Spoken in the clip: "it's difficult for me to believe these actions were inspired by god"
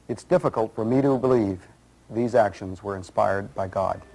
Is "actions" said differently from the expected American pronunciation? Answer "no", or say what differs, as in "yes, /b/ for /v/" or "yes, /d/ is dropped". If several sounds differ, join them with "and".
no